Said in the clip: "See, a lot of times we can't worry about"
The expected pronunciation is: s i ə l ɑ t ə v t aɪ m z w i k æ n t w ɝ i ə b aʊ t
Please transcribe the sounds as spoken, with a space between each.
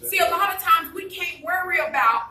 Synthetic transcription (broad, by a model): s i ə l ɑ t ə v t aɪ m z w i k æ n t w ɝ i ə b aʊ t